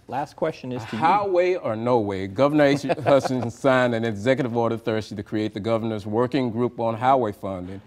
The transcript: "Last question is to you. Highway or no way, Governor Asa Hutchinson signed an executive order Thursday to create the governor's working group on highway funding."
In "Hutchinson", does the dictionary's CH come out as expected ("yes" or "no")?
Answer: no